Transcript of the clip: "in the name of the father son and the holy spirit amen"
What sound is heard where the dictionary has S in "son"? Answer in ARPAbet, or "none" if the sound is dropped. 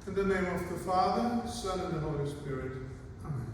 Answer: S